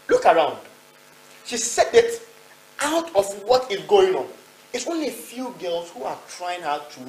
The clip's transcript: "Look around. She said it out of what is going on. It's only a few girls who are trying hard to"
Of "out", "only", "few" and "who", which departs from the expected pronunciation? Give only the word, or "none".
none